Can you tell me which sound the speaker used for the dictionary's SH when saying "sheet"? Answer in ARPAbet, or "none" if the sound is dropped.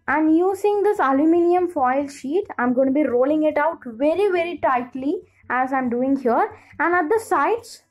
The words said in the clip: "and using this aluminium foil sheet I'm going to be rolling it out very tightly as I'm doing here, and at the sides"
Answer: SH